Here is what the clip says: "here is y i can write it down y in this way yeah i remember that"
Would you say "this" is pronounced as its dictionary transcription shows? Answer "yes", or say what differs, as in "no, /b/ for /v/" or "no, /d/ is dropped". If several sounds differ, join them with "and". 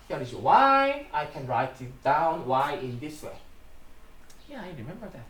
yes